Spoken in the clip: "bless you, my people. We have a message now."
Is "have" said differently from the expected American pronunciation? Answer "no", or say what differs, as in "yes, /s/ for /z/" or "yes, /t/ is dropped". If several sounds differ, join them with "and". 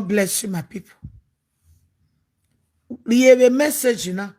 yes, /b/ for /v/